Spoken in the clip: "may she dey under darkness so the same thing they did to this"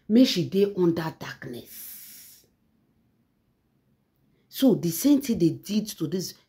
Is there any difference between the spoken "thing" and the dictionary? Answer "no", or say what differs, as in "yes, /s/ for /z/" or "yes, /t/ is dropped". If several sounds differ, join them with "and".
yes, /t/ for /θ/